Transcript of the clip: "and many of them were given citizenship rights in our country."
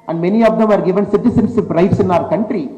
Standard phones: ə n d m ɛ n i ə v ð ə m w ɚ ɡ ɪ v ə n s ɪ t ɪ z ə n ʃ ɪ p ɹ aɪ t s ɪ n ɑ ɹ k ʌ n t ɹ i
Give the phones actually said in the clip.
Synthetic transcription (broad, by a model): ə n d m ɛ n i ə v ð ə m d ɡ ɪ v ə n s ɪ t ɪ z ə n s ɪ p ɹ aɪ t s ɪ n ɑ ɹ k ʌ n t ɹ i